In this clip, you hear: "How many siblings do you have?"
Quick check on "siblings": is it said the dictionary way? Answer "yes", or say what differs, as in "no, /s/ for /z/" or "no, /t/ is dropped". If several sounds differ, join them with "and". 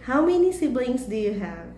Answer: no, /s/ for /z/